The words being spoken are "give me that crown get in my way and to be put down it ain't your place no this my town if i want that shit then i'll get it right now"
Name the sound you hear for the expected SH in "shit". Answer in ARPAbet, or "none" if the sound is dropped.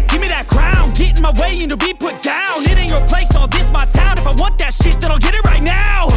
SH